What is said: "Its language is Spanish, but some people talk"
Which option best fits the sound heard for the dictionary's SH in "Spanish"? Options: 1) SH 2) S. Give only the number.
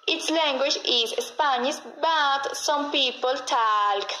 2